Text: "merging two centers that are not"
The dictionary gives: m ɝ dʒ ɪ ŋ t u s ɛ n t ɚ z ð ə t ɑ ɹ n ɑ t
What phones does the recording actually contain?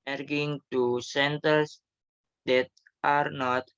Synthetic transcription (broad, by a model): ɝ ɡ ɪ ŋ t u s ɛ n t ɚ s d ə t ɑ ɹ n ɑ t